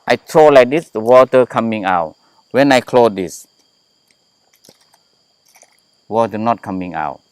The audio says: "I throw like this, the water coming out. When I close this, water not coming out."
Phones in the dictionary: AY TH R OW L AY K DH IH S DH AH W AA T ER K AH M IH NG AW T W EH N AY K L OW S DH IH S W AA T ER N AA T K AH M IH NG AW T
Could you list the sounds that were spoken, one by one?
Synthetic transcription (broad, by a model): AY T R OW L AY K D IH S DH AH W AA T ER K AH M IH NG AW T W EH N AY K L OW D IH S W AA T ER N AA T K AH M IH NG AW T